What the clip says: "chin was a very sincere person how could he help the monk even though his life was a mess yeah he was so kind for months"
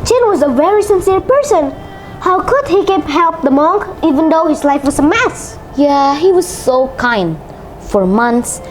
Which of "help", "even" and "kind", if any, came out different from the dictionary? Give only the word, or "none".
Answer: none